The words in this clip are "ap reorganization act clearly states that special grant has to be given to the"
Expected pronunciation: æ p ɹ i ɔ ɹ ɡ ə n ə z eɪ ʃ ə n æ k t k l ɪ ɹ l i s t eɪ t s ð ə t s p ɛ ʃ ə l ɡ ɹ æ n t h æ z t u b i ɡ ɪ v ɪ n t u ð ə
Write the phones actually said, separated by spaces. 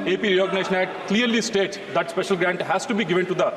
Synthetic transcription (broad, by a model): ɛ p ɹ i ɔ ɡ n eɪ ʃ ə n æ t k l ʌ ɹ l i s t eɪ t s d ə t s p ɛ ʃ ə l ɡ ɹ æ n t h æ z t u b i ɡ ɪ v ɪ n t u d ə